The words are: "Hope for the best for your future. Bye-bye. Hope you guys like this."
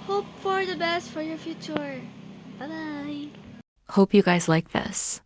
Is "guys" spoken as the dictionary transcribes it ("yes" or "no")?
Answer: yes